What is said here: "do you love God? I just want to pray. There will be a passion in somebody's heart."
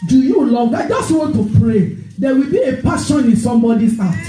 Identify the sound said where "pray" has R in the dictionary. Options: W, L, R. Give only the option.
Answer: R